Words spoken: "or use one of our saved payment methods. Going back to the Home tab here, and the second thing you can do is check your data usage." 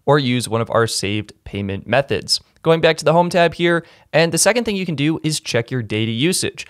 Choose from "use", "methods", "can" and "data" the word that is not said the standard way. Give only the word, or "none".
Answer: none